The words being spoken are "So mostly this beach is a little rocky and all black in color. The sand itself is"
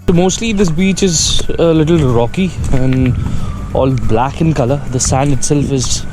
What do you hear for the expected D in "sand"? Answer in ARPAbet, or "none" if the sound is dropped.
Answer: none